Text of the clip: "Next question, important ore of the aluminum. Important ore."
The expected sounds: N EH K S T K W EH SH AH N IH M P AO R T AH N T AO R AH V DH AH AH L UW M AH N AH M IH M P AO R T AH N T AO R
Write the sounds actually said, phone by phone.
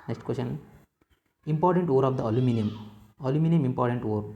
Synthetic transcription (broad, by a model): N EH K S T K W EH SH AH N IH M P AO R T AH N T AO R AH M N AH AH L UW M AH N AH M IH M P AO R T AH N T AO R